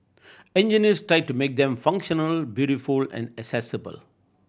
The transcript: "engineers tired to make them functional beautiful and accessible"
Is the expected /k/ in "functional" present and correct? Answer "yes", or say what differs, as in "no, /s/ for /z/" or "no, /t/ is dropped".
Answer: yes